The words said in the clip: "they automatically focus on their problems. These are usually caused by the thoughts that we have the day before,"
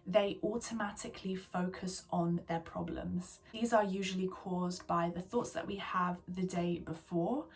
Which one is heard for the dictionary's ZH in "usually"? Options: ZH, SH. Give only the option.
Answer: ZH